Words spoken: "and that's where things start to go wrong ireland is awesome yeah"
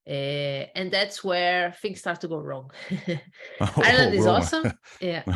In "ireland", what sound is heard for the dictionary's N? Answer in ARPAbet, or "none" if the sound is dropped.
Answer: none